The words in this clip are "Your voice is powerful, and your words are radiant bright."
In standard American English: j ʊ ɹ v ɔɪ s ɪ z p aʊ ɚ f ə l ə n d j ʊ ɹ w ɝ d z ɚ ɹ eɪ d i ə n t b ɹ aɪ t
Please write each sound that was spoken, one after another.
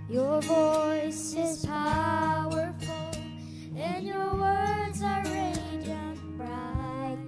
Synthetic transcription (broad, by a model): j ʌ ɹ v ɔɪ s ɪ z p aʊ ɚ f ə l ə n j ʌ ɹ w ɝ d z ɚ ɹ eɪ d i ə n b ɹ aɪ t